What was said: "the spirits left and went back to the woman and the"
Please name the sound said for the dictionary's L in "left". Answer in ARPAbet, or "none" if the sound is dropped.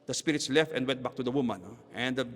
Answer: L